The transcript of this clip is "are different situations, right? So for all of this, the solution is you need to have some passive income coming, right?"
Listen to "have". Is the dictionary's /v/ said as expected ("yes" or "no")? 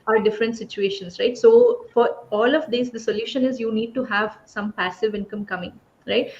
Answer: yes